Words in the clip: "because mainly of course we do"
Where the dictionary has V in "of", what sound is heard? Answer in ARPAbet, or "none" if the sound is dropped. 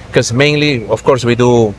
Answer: F